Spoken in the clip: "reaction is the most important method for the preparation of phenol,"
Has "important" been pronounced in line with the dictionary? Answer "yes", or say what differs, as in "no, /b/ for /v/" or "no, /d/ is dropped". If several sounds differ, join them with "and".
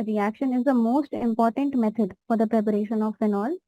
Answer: yes